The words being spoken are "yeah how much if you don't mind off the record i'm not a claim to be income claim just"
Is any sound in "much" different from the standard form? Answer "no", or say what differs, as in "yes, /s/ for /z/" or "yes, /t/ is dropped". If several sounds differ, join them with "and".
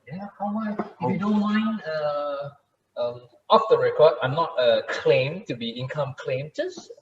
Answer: yes, /tʃ/ is dropped